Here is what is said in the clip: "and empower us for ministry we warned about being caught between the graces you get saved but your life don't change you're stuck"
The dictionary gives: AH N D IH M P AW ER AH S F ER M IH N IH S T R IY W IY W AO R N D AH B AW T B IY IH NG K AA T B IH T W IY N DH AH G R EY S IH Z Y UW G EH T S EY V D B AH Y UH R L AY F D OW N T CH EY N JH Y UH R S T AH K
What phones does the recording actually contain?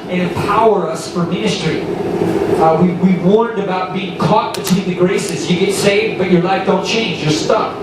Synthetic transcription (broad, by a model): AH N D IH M P AW ER AH S F ER M IH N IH S T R IY W IY W AO R N D AH B AW T B IY IH NG K AA T B IH T W IY N DH AH G R EY S IH Z Y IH G EH T S EY V D B AH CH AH R L AY F D OW N T CH EY N JH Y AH R S T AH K